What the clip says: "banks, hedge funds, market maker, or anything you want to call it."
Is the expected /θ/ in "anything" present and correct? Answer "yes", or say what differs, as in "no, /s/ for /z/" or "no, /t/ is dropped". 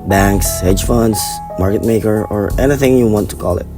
yes